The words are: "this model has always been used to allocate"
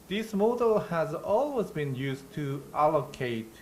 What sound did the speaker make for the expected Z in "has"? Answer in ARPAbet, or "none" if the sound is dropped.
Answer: Z